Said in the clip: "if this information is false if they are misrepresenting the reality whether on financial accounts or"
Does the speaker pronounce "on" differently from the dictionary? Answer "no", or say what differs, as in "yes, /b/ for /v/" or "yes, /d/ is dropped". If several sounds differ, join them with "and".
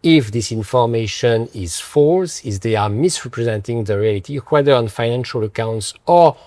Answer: no